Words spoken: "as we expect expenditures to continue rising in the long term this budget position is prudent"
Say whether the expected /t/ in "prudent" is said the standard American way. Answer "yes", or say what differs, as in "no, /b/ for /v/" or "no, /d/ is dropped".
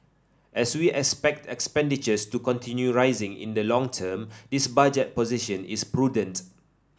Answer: yes